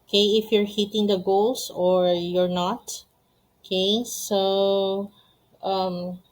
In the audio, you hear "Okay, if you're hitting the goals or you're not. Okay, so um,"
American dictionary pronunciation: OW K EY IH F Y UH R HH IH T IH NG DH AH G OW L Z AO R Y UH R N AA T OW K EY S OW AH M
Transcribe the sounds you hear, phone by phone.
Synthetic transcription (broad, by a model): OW K EY IH F Y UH R HH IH T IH NG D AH G OW L S AO R Y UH R N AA T OW K EY S OW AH M